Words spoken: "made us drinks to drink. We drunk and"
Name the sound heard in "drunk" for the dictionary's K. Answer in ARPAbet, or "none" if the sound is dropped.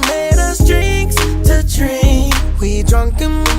K